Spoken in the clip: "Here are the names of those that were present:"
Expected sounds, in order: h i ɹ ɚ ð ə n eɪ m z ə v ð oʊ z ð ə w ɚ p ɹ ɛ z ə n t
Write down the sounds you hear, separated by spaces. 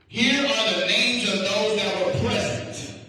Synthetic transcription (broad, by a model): h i ɹ ɚ ð ə n eɪ m z ə v ð oʊ z ð ə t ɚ p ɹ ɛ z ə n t